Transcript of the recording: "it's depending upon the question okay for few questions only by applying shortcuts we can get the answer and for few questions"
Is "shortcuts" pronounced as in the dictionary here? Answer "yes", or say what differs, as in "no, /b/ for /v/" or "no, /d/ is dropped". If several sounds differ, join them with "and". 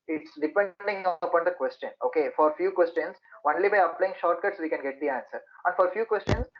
yes